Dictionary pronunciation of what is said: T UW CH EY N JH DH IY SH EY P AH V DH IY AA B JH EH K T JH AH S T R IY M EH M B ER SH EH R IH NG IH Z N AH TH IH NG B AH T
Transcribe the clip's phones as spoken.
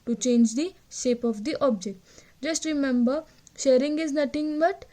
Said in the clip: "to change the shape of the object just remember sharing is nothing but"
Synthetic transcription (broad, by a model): T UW CH EY N JH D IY SH EY P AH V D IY AA B JH EH K T JH AH S T R IY M EH M B ER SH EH R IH NG IH Z N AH T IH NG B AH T